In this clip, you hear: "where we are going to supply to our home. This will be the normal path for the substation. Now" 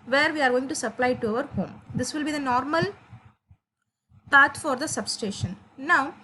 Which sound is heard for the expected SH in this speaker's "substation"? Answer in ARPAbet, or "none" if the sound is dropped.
SH